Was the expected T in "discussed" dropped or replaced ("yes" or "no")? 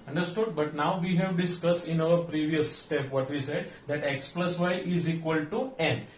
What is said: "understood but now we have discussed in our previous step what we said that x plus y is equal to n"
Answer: no